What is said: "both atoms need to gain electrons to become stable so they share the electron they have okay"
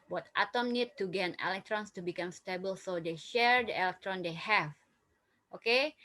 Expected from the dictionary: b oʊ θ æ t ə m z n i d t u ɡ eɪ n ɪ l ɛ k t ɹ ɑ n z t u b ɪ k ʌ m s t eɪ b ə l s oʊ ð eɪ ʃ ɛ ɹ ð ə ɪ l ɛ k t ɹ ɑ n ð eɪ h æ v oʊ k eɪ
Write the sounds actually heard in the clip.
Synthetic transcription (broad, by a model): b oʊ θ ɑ t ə m n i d t u ɡ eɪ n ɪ l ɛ k t ɹ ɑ n s t u b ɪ k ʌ m s t eɪ b ə l s oʊ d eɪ ʃ ɛ ɹ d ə ɪ l ɛ k t ɹ ɑ n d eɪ h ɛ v oʊ k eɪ